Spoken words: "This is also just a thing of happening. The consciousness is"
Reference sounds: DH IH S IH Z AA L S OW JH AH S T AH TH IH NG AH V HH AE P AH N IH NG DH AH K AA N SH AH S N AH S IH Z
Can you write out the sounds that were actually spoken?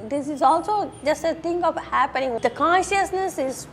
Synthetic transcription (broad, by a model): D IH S IH Z AA L S OW JH AH S T AH T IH NG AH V HH AE P AH N IH NG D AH K AA N SH AH S N AH S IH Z